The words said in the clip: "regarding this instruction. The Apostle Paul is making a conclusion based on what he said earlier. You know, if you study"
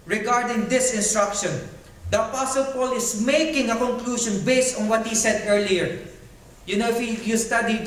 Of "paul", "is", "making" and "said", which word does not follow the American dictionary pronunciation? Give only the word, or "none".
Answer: is